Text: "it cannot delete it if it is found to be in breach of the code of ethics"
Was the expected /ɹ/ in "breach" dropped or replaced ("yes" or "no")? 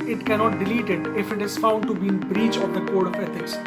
no